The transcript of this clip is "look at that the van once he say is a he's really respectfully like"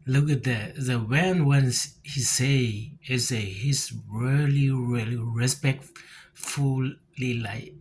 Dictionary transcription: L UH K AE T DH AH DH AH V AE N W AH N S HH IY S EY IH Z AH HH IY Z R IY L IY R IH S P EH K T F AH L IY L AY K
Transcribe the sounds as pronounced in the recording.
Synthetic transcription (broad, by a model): L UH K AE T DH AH DH AH W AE N W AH N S HH IY S EY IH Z AH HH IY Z R IY L IY R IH S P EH K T F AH L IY L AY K